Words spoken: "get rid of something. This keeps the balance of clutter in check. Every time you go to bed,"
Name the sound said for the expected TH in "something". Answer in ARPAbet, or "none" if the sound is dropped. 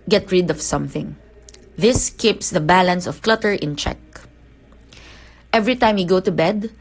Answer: TH